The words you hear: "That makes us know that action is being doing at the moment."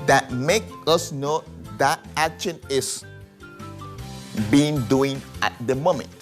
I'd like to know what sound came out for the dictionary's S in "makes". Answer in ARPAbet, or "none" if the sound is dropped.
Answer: none